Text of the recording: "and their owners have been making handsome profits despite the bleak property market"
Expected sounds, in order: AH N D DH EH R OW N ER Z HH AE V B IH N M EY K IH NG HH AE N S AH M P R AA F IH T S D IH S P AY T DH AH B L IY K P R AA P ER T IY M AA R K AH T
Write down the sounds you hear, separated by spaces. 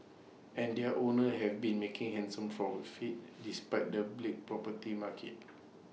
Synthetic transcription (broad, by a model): AH N D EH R OW N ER HH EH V B IH N M EY K IH NG HH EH N S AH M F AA F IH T D IH S P AY T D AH B L IY K P R AA P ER T IY M AA K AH T